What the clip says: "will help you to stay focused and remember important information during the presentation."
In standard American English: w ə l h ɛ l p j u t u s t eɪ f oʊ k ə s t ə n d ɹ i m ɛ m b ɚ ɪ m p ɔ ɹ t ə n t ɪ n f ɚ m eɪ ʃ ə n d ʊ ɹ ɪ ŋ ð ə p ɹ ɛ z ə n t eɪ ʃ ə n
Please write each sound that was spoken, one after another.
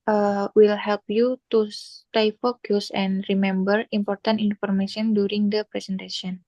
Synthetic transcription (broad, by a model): w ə l h ɛ l p j u t u s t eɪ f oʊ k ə s ə n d ɹ i m ɛ m b ɚ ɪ m p ɔ ɹ t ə n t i n f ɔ m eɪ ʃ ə n d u ɹ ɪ ŋ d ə p ɹ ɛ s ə n t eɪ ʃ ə n